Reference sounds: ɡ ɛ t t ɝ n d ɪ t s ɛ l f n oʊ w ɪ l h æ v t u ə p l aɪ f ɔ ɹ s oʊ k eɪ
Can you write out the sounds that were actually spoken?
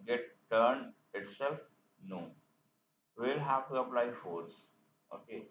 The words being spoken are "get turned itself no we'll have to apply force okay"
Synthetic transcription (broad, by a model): ɡ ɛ t t ɝ n d ɪ t s ɛ l f n oʊ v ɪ l h æ v t u ə p l aɪ f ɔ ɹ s oʊ k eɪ